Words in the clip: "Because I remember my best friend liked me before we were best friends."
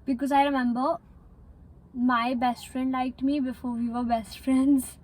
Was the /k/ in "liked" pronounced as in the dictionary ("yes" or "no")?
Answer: yes